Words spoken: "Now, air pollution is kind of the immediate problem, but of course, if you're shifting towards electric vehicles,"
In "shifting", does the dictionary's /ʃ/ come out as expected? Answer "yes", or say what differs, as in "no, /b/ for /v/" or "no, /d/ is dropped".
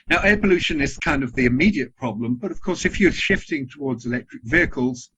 yes